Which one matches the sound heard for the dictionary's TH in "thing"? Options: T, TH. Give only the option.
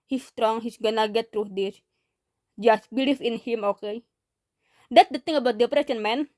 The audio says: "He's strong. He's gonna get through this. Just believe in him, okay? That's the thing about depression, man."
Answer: T